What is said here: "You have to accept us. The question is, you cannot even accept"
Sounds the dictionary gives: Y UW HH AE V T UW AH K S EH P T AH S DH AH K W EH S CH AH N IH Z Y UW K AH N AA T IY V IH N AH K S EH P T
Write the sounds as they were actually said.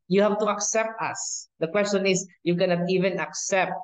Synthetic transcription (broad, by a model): Y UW HH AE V T UW AH K S EH P T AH S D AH K W EH S CH AH N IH S Y UW K AH N AA T IY V IH N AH K S EH P T